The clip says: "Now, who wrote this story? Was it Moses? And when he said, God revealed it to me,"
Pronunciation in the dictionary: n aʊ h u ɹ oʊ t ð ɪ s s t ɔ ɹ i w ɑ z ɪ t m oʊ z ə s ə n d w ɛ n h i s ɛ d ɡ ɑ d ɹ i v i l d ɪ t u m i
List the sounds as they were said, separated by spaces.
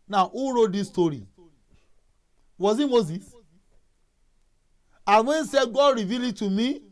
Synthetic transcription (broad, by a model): n aʊ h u ɹ oʊ t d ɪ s s t ɔ ɹ i w ɑ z ɪ t m oʊ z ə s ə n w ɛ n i s ɛ d ɡ ɑ d ɹ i v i l ɪ t u m i